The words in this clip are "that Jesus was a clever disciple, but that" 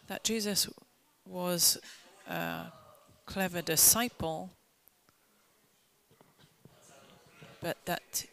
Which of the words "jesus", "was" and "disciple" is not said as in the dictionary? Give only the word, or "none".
none